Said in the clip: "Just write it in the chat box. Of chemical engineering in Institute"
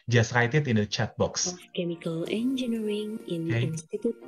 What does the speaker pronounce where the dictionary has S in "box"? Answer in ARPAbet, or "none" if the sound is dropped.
S